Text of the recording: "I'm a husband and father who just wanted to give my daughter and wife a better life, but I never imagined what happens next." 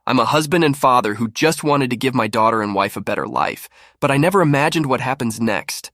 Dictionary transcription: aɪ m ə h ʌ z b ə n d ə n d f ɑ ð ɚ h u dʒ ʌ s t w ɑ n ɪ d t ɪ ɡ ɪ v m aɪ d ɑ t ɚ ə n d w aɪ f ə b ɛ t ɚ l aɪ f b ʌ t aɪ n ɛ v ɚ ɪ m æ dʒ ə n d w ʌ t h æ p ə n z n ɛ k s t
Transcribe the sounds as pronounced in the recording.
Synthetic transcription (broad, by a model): aɪ m ə h ʌ z b ə n d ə n f ɑ ð ɚ h u dʒ ʌ s t w ɑ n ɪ d t ɪ ɡ ɪ v m aɪ d ɑ t ɚ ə n w aɪ f ə b ɛ t ɚ l aɪ f b ʌ t aɪ n ɛ v ɚ ɪ m æ dʒ ə n d w ʌ t h æ p ə n z n ɛ k s t